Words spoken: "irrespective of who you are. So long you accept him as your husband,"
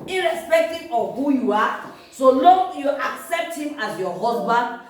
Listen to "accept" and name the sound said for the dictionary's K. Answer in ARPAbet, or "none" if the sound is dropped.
K